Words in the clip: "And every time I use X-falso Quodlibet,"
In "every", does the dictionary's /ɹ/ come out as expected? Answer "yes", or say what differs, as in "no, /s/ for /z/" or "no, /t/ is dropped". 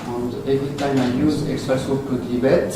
no, /ɹ/ is dropped